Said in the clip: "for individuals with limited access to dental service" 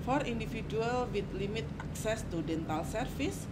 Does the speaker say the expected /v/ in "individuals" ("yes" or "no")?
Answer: no